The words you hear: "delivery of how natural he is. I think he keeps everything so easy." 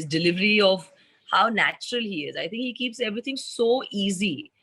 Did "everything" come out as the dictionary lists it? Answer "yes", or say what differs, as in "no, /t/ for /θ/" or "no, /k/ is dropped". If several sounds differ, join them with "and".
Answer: no, /t/ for /θ/